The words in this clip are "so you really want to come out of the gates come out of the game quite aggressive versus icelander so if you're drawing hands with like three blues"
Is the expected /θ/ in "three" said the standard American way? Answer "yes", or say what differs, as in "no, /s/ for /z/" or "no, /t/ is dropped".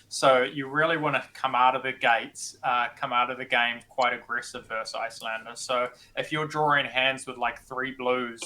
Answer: yes